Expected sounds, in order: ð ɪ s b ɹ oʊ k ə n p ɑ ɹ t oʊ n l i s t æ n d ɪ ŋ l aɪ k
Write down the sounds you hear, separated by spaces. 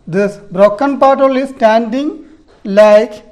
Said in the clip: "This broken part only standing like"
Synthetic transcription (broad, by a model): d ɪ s b ɹ oʊ k ə n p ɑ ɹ t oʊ l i s t æ n d ɪ ŋ l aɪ k